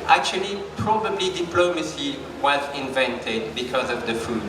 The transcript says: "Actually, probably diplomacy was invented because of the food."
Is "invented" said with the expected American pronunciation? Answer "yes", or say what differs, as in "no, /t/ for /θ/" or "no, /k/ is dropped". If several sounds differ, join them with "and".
yes